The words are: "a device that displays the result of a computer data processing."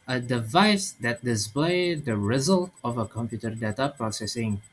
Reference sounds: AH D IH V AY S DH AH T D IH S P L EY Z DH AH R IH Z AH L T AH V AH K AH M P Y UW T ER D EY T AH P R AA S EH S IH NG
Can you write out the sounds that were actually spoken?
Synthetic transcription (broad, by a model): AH D IH V AY S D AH T D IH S P L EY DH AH R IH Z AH L T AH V AH K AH M P Y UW T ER D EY T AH P R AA S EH S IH NG